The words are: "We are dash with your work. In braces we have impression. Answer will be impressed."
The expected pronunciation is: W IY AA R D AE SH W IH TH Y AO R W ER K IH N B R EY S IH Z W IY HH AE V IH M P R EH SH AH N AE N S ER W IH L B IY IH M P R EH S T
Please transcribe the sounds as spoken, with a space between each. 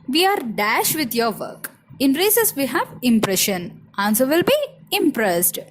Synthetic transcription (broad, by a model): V IY AA R D AE SH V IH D Y AO R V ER K IH N R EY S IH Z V IY HH AE V IH M P R EH SH AH N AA N S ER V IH L B IY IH M P R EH S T